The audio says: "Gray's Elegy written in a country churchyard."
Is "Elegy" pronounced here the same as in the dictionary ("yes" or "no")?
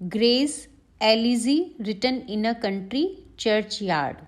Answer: no